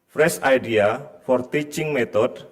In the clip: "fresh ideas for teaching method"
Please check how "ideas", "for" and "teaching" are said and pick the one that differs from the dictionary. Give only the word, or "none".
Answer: ideas